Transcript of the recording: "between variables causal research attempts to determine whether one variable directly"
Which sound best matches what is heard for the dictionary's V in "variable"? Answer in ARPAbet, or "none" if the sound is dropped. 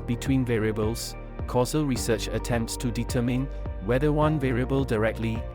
V